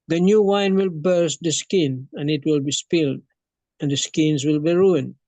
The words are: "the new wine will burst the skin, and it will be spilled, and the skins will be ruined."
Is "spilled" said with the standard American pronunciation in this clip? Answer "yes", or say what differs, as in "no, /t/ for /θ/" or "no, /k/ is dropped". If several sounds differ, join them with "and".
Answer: yes